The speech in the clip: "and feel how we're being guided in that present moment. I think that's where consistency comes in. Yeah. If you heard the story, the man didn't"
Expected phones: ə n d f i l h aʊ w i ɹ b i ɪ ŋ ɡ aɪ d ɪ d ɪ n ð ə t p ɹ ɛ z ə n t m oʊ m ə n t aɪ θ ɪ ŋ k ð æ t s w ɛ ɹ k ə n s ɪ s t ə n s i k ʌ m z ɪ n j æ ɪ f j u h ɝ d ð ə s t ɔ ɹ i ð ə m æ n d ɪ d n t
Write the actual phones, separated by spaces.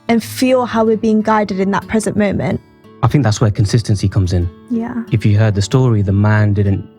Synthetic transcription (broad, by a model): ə n f i l h aʊ w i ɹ b i ɪ ŋ ɡ aɪ d ɪ d ɪ n ð ə t p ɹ ɛ z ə n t m oʊ m ə n t aɪ θ ɪ ŋ k ð æ t s w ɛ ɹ k ə n s ɪ s t ə n s i k ʌ m z ɪ n j æ ɪ f j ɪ h ɝ d ð ə s t ɔ ɹ i ð ə m æ n d ɪ d n t